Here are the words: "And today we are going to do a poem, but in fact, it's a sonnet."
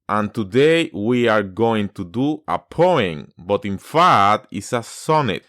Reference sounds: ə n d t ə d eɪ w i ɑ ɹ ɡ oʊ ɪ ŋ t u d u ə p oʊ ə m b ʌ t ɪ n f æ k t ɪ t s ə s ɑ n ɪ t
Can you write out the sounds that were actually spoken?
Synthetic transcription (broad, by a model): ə n t ə d eɪ w i ɑ ɹ ɡ oʊ ɪ ŋ t u d u ə p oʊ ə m b ʌ t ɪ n f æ t ɪ t s ə s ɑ n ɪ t